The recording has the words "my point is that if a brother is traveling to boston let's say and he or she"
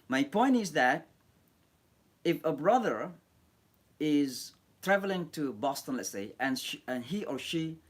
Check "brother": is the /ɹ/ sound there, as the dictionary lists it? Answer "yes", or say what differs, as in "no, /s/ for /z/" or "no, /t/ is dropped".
yes